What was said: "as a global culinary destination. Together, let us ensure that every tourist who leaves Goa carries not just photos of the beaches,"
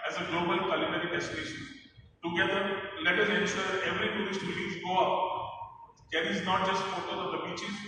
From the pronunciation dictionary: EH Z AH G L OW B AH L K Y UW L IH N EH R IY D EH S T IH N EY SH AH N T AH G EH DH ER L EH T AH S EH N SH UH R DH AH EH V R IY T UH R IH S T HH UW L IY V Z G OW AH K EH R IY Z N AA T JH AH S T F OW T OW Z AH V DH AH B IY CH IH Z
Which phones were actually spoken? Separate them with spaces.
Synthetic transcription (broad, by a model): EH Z AH G L OW B AH L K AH L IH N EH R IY D EH S T IH N EY SH AH N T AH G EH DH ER L EH T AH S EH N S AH EH V R IY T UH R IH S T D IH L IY Z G OW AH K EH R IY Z N AA T JH AH S T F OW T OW AH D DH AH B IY CH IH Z